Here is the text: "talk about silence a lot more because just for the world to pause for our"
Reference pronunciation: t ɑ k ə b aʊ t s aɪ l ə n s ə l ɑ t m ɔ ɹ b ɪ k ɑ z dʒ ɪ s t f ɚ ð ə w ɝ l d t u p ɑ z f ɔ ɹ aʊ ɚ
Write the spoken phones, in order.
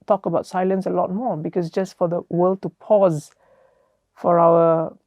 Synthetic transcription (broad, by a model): t ɑ k ə b aʊ t s aɪ l ə n s ə l ɑ t m ɔ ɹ b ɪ k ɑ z dʒ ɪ s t f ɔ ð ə w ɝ l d t u p ɑ z f ɔ ɹ aʊ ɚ